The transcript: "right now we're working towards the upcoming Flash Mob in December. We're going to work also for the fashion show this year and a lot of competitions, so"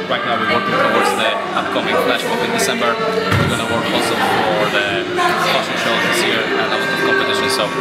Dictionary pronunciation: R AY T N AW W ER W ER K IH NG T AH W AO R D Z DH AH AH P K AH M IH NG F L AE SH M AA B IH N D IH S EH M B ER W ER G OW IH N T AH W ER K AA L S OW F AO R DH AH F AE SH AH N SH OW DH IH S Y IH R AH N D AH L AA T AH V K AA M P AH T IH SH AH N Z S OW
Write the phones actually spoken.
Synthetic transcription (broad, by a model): R AY T N AW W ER W ER K IH NG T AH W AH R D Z DH AH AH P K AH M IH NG F L AE SH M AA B IH N D IH S EH M B ER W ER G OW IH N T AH W ER K AA L S OW F AO R DH AH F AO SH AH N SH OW DH IH S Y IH R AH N AH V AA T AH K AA P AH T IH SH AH N S OW